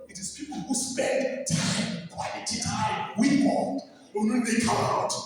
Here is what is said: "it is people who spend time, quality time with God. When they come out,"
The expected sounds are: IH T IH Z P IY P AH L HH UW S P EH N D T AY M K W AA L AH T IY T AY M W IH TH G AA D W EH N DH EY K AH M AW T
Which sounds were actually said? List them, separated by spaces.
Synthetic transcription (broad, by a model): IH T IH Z P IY P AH L HH UW S P EH N D T AY M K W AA AH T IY T AY M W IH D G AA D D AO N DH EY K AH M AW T